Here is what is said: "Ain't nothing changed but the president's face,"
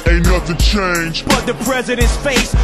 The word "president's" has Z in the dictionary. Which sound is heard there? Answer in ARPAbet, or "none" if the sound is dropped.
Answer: Z